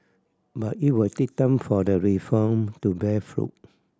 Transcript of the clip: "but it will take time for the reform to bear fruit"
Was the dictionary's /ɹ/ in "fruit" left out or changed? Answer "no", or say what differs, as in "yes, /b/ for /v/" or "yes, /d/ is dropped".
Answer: no